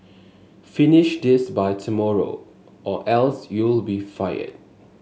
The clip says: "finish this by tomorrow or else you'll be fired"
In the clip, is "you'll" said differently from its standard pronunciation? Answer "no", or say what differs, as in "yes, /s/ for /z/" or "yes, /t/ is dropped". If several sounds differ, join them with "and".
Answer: no